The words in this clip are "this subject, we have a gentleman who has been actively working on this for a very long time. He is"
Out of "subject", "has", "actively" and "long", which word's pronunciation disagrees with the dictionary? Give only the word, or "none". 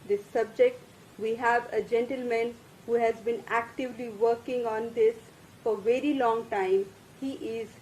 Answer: none